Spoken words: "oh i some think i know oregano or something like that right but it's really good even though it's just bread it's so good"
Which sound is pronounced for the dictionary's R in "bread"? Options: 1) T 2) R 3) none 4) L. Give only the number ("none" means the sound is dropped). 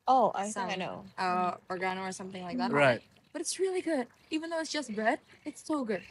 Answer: 3